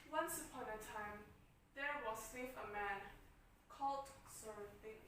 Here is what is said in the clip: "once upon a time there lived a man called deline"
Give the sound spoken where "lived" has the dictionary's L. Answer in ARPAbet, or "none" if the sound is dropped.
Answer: W